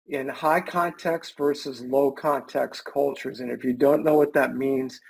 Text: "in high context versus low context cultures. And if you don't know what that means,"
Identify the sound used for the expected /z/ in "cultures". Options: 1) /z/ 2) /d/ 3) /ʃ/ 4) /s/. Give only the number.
1